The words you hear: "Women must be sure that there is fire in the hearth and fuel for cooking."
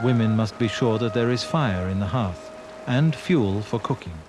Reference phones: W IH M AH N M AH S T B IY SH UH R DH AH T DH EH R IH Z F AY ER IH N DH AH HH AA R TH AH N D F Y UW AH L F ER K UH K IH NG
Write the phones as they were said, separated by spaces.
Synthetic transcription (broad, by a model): W IH M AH N M AH S T B IY SH UH R DH AH T DH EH R IH Z F AY ER IH N DH AH HH AA R TH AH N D F Y UW L F ER K UH K IH NG